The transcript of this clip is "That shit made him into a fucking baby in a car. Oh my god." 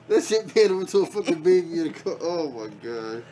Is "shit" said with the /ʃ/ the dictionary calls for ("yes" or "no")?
no